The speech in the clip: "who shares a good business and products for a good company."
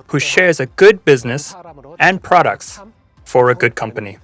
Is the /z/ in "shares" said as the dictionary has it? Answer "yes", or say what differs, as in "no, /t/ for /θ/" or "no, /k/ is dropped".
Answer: yes